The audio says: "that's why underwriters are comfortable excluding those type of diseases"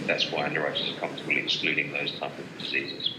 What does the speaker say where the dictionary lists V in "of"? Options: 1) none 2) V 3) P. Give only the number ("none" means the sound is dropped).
2